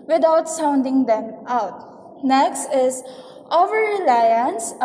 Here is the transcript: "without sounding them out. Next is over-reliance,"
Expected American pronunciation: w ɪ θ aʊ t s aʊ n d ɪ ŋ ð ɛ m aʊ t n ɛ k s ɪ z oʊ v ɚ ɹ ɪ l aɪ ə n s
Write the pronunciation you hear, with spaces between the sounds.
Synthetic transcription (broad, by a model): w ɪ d aʊ t s aʊ n d ɪ ŋ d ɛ m aʊ t n ɛ k s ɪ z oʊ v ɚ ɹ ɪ l aɪ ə n s